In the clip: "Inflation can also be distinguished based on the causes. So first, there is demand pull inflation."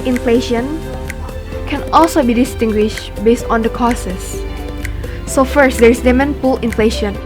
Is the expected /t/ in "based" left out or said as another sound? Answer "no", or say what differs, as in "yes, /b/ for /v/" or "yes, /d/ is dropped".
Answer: no